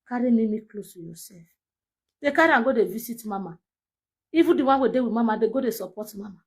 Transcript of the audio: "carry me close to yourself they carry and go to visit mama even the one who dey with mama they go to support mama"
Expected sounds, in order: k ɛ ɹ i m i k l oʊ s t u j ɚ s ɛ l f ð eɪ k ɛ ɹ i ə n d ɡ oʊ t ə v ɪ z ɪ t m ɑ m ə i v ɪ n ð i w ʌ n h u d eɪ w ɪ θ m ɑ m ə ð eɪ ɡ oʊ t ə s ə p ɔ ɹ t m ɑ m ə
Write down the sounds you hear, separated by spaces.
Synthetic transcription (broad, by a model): k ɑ ɹ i m i k l oʊ s t u j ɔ s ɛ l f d eɪ k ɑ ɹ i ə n ɡ oʊ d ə v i s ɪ t m ɑ m ə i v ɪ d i w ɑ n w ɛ d eɪ w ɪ m ɑ m ə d eɪ ɡ oʊ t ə s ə p ɔ t m ɑ m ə